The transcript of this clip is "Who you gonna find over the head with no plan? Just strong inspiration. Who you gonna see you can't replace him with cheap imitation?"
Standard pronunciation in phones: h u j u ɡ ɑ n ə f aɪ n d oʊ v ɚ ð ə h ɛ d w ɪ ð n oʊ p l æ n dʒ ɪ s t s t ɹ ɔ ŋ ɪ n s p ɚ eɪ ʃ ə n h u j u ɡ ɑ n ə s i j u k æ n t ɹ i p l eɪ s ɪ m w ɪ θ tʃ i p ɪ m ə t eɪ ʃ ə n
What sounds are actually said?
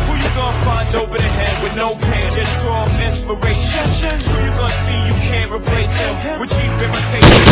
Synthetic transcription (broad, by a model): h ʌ j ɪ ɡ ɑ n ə f aɪ n d oʊ p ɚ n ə h ɛ d w ɪ ð n oʊ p æ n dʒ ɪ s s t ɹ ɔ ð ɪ s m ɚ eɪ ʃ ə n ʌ j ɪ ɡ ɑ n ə s i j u k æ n ɹ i p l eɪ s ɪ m w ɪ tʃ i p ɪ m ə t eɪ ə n